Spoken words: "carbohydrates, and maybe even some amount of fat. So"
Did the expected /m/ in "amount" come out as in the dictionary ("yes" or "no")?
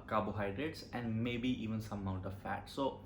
no